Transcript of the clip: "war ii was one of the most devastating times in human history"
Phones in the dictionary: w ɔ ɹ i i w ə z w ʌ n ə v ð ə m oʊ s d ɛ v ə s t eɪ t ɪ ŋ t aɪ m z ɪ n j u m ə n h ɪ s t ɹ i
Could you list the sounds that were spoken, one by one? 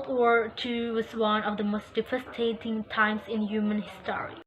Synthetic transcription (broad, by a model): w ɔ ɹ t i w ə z w ʌ n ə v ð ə m oʊ s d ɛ f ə s t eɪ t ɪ ŋ t aɪ m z ɪ n j u m ə n h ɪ s t ɹ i